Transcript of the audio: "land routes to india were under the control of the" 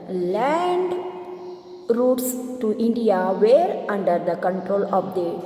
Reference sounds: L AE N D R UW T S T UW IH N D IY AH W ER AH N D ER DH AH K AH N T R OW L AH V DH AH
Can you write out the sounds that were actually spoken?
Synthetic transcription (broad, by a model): L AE N D R UW T S T UW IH N D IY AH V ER AH N D ER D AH K AH N T R OW L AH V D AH